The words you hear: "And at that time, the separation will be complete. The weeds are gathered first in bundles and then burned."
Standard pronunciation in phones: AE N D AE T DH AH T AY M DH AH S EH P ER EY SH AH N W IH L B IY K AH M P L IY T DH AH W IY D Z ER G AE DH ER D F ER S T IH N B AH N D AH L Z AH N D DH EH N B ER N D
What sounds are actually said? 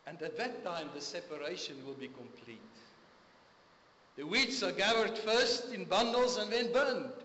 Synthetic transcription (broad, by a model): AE N D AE T DH AH T AY M DH AH S EH P ER EY SH AH N W IH L B IY K AH M P L IY T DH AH W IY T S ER G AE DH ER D F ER S T IH N B AH N D AH L Z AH N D DH EH N B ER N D